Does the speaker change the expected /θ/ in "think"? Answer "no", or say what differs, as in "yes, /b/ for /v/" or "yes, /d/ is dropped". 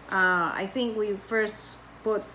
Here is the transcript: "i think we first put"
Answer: no